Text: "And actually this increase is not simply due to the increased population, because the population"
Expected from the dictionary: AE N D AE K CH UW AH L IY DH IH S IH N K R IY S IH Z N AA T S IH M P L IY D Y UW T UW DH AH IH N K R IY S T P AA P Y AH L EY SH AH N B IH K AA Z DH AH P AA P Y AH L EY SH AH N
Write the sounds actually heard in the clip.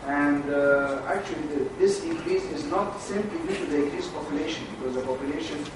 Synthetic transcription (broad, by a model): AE N D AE K CH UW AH L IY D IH S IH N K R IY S IH Z N AA T S IH M P L IY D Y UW T UW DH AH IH K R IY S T P AA P Y AH L EY SH AH N B IH K AA Z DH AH P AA P Y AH L EY SH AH N